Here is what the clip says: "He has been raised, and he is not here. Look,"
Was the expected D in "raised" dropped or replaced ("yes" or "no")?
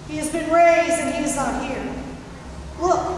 yes